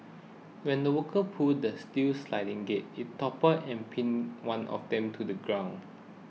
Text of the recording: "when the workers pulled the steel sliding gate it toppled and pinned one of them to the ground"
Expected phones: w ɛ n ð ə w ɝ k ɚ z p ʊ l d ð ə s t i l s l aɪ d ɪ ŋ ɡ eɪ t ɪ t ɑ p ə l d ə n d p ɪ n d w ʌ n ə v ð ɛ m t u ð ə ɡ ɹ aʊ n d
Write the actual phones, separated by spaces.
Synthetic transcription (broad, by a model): w ɛ n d ə w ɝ k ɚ p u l d ə s t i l s l aɪ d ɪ ŋ ɡ eɪ t ɪ t ɑ p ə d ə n p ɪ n w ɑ n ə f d ɛ m t u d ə ɡ ɹ aʊ n